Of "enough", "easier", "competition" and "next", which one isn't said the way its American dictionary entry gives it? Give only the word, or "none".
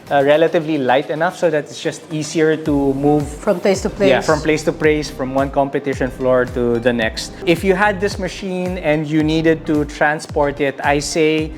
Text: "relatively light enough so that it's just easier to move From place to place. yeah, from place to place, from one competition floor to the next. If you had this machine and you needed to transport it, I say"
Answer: easier